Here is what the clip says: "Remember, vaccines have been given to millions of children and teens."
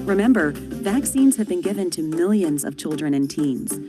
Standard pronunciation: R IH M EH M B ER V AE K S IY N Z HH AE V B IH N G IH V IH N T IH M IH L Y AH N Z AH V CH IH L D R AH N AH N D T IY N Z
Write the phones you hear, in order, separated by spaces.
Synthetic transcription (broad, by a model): R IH M EH M B ER V AE K S IY N Z HH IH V B IH N G IH V IH N T IH M IH L Y AH N Z AH V CH IH L D R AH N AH N T IY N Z